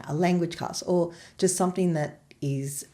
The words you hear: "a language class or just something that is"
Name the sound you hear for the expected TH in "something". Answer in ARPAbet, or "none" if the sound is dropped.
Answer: TH